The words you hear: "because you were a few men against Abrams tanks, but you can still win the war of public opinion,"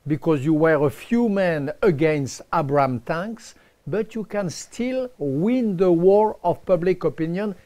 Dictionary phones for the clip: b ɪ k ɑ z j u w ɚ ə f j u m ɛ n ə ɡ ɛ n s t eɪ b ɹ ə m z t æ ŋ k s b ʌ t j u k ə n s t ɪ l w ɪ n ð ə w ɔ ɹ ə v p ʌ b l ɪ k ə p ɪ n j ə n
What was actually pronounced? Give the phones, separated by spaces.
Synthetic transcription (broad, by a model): b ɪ k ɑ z j u w ɚ ə f j u m ɛ n ə ɡ ɛ n s t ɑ b ɹ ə m t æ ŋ k s b ʌ t j u k ə n s t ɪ l w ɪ n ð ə w ɔ ɹ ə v p ʌ b l ɪ k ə p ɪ n j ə n